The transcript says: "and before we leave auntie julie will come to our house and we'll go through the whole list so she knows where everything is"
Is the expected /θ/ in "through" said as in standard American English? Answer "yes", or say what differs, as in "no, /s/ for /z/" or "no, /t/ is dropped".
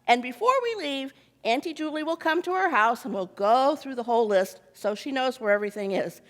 yes